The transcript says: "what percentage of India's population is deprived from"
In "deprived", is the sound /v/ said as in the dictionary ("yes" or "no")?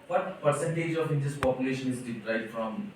no